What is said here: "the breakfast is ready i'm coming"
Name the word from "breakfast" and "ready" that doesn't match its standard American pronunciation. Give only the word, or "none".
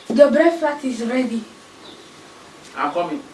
breakfast